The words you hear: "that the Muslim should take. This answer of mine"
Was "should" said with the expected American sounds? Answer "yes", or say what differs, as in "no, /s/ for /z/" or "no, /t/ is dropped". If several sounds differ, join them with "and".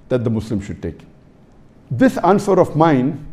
yes